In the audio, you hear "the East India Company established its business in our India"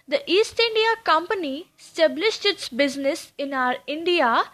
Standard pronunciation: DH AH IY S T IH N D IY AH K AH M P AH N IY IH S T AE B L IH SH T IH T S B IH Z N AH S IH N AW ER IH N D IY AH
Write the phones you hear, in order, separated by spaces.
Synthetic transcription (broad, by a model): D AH IY S T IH N D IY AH K AH M P AH N IY S T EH B L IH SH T IH T S B IH Z N AH S IH N AW ER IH N D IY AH